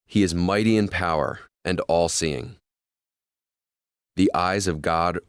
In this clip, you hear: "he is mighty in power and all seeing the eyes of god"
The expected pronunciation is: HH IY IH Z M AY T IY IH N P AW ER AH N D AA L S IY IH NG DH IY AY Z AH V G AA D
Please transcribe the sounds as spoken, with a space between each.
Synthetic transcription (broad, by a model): HH IY IH Z M AY T IY IH N P AW ER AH N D AA L S IY IH NG DH IY AY Z AH V G AA D